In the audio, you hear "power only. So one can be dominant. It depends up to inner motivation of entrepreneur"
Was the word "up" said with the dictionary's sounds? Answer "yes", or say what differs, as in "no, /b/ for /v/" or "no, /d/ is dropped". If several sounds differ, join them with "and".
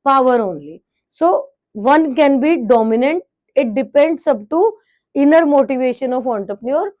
no, /b/ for /p/